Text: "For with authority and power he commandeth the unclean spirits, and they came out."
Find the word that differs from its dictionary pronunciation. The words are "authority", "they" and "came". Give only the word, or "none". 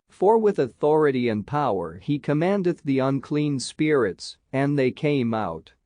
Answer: none